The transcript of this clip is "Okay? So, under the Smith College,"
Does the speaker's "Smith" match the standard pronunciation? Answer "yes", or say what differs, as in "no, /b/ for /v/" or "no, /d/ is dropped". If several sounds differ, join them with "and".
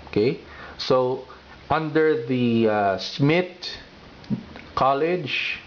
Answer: no, /t/ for /θ/